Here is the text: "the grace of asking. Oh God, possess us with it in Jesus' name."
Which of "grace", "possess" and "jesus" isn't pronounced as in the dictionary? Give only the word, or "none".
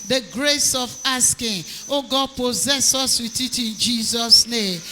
none